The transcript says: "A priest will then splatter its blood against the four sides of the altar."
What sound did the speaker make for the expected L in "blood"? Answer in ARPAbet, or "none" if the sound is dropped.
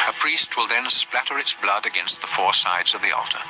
L